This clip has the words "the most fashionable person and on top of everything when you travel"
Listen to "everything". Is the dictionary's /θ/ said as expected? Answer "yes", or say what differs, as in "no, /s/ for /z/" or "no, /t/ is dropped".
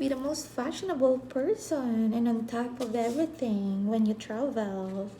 yes